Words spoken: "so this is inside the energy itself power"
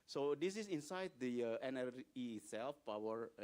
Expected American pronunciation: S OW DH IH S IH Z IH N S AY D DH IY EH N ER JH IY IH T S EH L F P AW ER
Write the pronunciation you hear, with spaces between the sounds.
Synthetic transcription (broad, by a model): S OW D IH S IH S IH N S AY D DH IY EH N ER IY S EH L F P AW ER